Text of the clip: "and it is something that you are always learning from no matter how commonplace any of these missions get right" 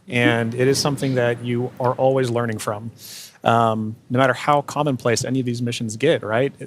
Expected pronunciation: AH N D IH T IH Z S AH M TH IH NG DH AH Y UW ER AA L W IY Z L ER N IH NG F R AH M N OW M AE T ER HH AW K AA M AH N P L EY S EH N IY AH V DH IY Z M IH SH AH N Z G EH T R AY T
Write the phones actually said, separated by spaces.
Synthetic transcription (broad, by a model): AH N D IH T IH Z S AH M TH IH NG DH AH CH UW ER AA L W IY Z L ER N IH NG F R AH M N OW M AE T ER HH AW K AA M AH N P L EY S EH N IY AH V DH IY Z M IH SH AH N Z G EH T R AY T